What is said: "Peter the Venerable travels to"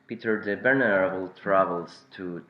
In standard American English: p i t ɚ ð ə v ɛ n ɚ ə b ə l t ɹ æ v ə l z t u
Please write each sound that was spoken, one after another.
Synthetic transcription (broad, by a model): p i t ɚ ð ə b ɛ n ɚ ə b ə l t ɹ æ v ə l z t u